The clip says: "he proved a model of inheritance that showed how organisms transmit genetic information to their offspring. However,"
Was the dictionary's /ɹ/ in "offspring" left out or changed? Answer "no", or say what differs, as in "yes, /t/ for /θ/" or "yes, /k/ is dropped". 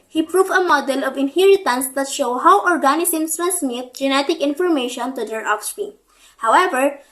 yes, /ɹ/ is dropped